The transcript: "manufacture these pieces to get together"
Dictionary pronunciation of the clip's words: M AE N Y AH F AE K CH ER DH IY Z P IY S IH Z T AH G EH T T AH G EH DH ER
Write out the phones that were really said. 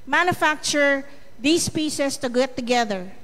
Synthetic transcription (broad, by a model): M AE N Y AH F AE K CH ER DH IY S P IY S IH S T AH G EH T T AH G EH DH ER